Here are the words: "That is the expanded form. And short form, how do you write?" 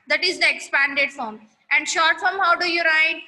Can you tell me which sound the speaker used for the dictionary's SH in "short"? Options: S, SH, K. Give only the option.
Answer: SH